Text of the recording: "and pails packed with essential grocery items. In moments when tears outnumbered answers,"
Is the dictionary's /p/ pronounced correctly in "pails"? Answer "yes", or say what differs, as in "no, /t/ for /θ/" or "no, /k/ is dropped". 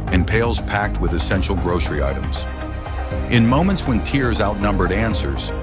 yes